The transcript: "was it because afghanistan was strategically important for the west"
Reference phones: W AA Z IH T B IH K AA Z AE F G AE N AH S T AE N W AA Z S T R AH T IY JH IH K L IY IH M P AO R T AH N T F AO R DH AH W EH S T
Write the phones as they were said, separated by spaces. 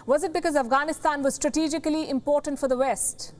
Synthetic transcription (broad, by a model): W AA Z IH T B IH K AA Z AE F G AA N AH S T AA N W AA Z S T R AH T IY JH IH K L IY IH M P AO R T AH N T F AO R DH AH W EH S T